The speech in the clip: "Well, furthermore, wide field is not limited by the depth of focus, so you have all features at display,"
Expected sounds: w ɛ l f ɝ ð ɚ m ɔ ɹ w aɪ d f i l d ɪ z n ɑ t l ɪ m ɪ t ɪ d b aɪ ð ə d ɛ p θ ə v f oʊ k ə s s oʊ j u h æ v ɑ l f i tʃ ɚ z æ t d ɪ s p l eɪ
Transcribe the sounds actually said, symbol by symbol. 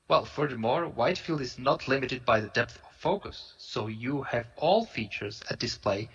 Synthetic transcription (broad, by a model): w ɛ l f ɝ ð ɚ m ɔ ɹ w aɪ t f i l d ɪ z n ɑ t l ɪ m ɪ t ɪ d b aɪ ð ə d ɛ p θ ə v f oʊ k ə s s oʊ j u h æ v ɑ l f i tʃ ɚ z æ t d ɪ s p l eɪ